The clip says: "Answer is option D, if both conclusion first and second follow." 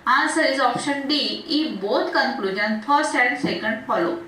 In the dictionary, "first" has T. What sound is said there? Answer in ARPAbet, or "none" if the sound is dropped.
none